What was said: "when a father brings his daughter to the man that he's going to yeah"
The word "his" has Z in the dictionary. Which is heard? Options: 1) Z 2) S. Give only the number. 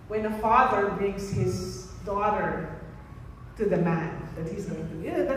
1